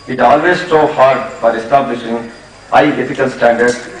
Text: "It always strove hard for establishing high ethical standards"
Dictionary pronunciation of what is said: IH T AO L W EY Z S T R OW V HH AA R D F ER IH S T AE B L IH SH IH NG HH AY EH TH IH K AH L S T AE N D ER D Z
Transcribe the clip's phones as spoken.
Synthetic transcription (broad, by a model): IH T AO L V EY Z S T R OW HH AA R D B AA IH S T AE B L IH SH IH NG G AY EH F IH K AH L S T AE N D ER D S